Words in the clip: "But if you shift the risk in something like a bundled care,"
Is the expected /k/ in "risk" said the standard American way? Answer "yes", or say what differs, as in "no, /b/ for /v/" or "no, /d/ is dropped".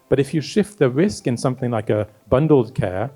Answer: yes